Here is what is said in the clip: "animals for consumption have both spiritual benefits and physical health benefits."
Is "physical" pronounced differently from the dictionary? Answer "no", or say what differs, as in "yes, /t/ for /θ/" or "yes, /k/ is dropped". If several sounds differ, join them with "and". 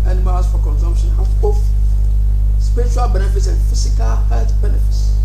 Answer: yes, /s/ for /z/